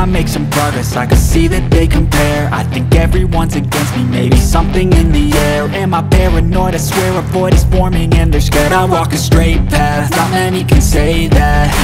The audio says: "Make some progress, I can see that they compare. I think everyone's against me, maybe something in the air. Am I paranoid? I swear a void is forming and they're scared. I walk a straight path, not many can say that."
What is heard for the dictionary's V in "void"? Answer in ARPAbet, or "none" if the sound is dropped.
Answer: P